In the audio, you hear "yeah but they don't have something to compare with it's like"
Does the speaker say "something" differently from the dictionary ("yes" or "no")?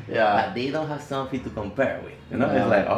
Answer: yes